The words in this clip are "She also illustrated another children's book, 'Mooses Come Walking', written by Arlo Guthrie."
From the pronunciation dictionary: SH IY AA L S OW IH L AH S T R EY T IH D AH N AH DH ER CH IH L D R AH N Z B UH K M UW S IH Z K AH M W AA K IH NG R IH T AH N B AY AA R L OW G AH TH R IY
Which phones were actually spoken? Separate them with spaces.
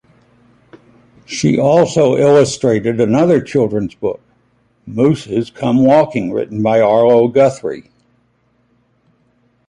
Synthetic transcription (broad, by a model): SH IY AA L S OW IH L AH S T R EY T IH D AH N AH DH ER CH IH L D R AH N Z B UH K M UW S IH Z K AH M W AA K IH NG R IH T N B AY AA R L OW G AH TH R IY